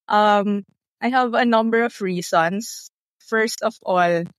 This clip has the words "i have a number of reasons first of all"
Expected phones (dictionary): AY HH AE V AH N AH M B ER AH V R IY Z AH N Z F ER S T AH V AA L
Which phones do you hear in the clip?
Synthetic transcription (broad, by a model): AY HH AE V AH N AH M B ER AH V R IY S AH N S F ER S T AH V AA L